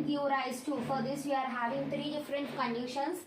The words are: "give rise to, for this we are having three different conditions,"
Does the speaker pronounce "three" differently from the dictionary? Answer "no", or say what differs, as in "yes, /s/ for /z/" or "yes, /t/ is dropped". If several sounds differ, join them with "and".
yes, /t/ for /θ/